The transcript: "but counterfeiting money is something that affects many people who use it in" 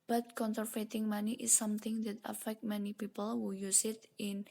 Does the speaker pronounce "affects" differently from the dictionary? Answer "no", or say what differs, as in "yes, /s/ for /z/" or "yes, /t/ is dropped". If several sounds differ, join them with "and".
yes, /s/ is dropped